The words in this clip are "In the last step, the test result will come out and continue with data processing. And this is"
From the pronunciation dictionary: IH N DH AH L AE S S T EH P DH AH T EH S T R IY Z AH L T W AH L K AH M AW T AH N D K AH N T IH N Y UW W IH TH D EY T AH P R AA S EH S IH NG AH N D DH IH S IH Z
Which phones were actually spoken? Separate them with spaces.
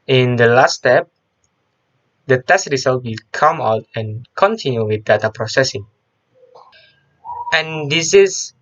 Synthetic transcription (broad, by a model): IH N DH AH L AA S S T EH P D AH T EH S T R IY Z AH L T W AH L K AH M AW T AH N K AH N T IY N Y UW W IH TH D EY T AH P R AA S EH S IH NG AH N D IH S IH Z